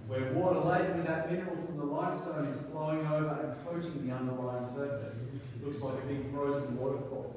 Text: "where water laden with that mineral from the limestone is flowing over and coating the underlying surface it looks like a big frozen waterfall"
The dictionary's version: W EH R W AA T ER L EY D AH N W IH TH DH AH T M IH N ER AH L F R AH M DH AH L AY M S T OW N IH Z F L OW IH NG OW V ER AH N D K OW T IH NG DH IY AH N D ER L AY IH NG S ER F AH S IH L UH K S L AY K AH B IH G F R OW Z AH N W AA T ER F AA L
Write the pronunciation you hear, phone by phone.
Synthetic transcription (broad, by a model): W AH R W AA T ER L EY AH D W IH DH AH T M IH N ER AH L F R AH M DH AH L AY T S T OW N IH Z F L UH IH NG OW V ER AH N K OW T IH NG DH IY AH N D ER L AY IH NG S ER F AH S L UH K S L AY K AH B IH G F R OW Z AH N W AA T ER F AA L